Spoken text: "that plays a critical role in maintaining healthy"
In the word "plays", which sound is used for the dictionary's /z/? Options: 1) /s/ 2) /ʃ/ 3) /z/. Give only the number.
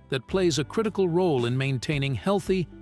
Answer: 3